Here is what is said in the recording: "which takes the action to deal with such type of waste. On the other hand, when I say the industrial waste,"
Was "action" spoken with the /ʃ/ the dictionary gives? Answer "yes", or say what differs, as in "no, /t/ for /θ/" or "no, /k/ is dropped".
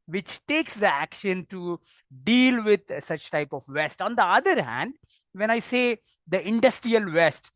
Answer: yes